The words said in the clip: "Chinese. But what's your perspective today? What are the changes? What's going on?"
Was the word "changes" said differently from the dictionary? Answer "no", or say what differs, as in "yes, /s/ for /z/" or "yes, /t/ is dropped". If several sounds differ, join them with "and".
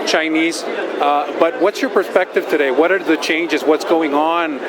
no